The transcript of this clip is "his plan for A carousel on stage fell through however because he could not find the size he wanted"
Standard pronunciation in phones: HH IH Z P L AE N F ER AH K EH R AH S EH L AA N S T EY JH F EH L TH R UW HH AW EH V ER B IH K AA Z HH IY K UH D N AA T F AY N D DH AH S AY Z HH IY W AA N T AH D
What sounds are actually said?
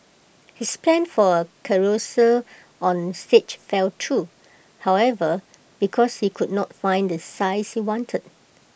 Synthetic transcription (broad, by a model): HH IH S P L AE N F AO AH K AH R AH S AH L AA N S T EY CH F EH L T R UW HH AW EH V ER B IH K AA S HH IY K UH D N AA T F AY N D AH S AY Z HH IY W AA N T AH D